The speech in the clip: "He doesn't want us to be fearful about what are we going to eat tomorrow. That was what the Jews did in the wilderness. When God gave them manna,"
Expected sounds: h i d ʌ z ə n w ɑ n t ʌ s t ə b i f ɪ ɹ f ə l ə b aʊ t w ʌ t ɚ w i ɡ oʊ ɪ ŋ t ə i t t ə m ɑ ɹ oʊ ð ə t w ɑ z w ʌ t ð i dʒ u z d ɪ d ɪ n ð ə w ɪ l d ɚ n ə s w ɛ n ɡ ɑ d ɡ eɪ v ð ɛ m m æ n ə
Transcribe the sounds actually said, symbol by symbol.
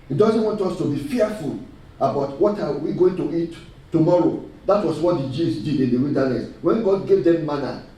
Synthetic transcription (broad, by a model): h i d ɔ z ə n w ɑ n t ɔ s t ə b i f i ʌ f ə l ə b aʊ t w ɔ t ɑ w i ɡ oʊ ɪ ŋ t ə i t t ə m ɑ ɹ oʊ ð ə t w ɑ s w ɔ t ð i dʒ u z d ɪ d ɪ n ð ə w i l d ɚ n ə s w ɛ n ɡ ɑ d ɡ eɪ v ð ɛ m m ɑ n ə